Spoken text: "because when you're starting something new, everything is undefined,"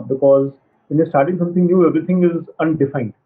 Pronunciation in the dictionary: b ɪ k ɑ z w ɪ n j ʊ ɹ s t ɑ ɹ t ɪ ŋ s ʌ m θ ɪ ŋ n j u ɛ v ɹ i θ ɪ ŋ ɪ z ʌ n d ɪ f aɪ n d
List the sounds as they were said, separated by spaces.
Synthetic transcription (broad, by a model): b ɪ k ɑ z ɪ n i s t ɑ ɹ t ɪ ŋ s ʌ m t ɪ ŋ n j u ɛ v ɹ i t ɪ ŋ ɪ z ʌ n d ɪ f aɪ n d